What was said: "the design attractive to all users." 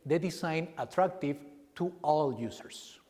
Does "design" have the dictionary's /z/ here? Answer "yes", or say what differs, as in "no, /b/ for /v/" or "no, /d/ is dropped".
no, /s/ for /z/